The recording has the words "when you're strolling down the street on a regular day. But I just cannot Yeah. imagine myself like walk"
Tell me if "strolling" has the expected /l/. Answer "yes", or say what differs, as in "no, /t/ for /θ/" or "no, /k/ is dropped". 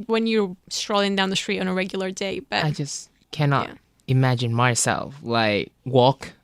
yes